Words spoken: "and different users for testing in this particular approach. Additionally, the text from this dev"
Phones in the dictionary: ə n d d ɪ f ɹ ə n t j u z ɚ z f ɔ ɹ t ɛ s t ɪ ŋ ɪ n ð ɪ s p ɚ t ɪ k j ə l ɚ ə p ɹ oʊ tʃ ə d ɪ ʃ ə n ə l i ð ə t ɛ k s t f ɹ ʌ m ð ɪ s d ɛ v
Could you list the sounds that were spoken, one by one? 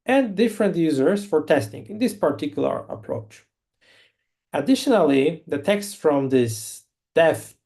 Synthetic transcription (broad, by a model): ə n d d ɪ f ɹ ə n t j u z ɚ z f ɔ ɹ t ɛ s t ɪ ŋ ɪ n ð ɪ s p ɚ t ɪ k j l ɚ ə p ɹ oʊ tʃ ə d ɪ ʃ ə n ə l i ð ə t ɛ k s t f ɹ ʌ m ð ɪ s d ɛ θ